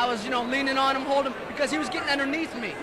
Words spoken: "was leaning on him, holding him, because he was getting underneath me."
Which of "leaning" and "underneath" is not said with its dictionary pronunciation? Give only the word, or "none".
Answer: none